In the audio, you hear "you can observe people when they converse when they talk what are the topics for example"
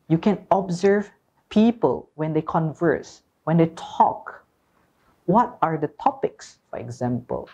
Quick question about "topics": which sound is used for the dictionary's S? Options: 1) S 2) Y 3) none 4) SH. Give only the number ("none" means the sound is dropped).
1